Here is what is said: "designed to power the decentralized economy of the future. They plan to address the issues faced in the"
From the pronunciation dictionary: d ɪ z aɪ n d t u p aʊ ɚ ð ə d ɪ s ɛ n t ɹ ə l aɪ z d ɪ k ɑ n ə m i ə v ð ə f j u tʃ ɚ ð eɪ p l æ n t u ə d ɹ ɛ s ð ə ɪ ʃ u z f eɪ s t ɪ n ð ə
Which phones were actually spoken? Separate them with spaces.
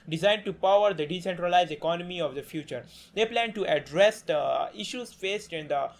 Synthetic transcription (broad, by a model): d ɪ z aɪ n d t u p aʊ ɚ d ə d ɪ s ɛ n t ɹ ə l aɪ z d ɪ k ɑ n ə m i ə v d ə f j u tʃ ɚ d eɪ p l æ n t u ə d ɹ ɛ s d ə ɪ ʃ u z f eɪ s t ɪ n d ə